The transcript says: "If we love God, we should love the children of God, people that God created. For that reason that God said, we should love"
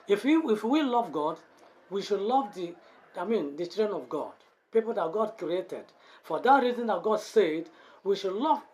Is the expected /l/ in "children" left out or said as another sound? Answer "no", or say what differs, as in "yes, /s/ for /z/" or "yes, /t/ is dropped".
yes, /n/ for /l/